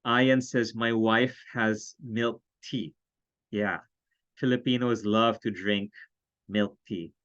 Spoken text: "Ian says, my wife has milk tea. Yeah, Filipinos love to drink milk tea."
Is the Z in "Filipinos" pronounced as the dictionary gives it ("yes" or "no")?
yes